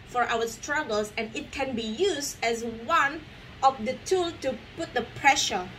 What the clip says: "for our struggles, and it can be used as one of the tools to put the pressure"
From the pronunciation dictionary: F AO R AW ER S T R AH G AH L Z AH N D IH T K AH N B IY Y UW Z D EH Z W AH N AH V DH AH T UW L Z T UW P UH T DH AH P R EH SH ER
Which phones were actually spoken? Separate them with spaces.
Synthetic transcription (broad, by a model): F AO R AW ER S T R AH G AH L S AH N IH T K AH N B IY Y UW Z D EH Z W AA N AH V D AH T UW L T UW P UH T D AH P R EH SH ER